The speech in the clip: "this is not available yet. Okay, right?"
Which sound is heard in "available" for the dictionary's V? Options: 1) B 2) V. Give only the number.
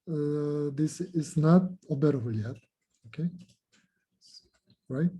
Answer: 1